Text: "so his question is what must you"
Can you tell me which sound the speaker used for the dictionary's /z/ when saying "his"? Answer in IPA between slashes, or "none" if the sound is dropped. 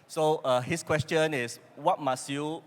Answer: /s/